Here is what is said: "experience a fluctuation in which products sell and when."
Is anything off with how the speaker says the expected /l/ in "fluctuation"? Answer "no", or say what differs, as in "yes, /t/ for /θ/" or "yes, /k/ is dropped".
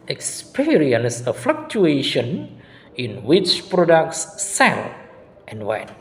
no